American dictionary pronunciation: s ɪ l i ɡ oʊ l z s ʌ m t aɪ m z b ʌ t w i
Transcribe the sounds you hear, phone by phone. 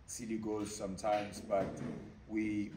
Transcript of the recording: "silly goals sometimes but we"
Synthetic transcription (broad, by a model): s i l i ɡ oʊ z s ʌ m t aɪ m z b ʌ t w i